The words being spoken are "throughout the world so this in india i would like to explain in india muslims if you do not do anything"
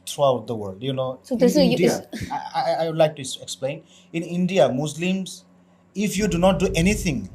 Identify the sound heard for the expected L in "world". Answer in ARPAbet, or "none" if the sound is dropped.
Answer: L